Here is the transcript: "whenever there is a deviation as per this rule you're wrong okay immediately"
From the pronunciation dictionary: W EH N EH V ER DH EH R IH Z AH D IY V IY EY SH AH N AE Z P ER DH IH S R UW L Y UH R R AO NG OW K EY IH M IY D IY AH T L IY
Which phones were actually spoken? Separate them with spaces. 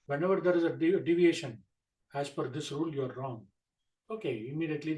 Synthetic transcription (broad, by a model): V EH N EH V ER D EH R IH Z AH D IY V IY EY SH AH N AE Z F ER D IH S R UW L Y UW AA R AO NG OW K EY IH M IY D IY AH T L IY